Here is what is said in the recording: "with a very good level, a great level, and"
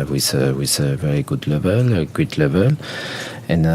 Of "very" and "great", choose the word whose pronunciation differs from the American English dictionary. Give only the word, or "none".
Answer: great